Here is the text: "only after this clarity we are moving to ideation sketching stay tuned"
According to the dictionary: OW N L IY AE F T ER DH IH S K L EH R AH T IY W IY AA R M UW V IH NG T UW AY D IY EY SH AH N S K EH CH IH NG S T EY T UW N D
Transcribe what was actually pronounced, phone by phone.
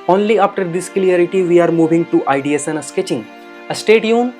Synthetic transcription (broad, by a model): OW N L IY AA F T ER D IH S K L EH R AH T IY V IY AA R M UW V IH NG T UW AY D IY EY S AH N S K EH CH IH NG S T EY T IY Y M